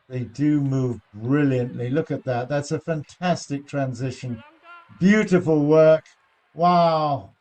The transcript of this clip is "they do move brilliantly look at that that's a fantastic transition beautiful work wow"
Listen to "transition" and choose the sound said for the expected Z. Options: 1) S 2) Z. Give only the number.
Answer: 2